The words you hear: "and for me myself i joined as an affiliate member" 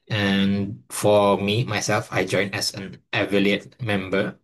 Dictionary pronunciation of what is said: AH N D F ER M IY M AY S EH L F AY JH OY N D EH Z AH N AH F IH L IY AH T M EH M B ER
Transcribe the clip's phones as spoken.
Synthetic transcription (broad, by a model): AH N F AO M IY M AY S EH L F AY JH OY N EH S AH N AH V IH L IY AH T M EH M B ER